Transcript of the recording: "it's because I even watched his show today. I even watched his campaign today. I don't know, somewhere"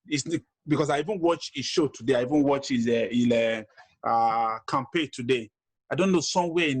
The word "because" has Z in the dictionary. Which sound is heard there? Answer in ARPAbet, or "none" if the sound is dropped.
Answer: S